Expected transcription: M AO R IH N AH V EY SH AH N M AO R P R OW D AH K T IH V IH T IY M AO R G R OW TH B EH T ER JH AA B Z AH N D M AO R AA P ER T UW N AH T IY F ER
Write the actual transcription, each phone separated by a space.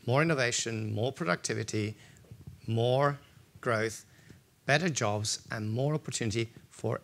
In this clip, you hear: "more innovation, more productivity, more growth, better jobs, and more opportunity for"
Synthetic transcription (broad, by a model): M AO R IH N AH V EY SH AH N M AO R P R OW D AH K T IH V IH T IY M AO R G R OW TH B EH T ER JH AA B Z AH N M AO R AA P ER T UW N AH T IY F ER